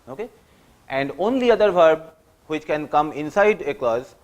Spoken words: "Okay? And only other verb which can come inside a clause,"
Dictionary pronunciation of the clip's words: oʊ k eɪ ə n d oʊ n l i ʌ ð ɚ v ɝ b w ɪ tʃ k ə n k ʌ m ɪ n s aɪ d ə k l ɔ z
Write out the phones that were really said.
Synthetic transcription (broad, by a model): oʊ k eɪ ə n d oʊ n l i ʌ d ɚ v ɝ b w ɪ tʃ k ə n k ʌ m ɪ n s aɪ d ə k l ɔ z